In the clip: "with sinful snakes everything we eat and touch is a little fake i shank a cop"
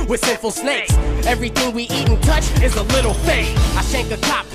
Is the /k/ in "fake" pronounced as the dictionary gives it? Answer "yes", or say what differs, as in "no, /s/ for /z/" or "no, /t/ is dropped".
no, /k/ is dropped